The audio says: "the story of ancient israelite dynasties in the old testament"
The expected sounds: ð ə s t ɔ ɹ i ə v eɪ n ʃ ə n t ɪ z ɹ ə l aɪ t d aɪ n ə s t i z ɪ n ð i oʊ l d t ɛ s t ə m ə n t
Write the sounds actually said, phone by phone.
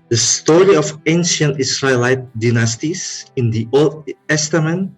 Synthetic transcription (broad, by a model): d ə s t ɔ ɹ i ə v eɪ n ʃ ə n t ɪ s ɹ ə l aɪ t d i n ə s t i s ɪ n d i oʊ l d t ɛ s t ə m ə n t